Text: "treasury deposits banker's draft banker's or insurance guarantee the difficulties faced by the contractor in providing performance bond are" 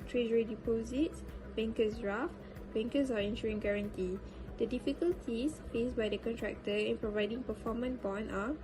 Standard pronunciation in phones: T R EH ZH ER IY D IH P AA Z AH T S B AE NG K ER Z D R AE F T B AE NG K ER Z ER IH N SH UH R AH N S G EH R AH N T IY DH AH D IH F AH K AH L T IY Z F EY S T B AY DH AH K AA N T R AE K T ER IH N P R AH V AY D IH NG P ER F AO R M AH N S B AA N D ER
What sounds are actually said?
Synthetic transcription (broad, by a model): T R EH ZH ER IY D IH P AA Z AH T S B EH NG K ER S R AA F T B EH NG K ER S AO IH N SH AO R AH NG G EH R AH N T IY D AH D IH F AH K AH L T IY S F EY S B AY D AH K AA N T R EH K T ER IH N P R AH V AY D IH NG P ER F AO M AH N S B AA N AA